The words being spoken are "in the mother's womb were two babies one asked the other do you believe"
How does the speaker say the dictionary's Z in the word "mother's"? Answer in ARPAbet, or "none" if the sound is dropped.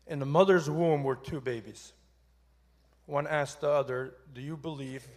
Z